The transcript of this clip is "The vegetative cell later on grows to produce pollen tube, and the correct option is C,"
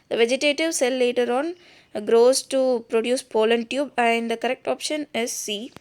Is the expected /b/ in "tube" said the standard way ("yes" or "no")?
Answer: yes